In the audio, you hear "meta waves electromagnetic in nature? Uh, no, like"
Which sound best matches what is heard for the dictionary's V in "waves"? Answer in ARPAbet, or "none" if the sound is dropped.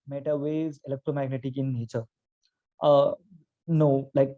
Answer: none